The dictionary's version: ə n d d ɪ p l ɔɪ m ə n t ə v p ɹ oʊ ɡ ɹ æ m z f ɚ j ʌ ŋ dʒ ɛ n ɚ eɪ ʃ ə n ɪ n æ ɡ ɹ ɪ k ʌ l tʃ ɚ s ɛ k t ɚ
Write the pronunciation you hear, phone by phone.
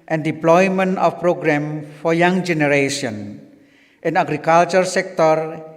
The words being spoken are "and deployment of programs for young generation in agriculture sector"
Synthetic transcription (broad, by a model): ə n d d ɪ p l ɔɪ m ə n t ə f p ɹ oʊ ɡ ɹ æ m f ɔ j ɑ ŋ dʒ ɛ n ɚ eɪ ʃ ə n ɪ n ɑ ɡ ɹ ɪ k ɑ l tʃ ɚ s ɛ k t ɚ